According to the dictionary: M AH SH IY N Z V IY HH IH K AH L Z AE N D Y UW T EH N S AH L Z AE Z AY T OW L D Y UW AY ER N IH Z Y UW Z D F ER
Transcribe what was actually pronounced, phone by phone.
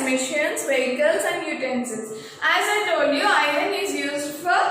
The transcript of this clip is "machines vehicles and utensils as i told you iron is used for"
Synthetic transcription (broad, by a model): M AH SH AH N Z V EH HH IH K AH L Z AE N D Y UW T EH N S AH Z AE Z AY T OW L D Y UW AY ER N IH Z Y UW Z D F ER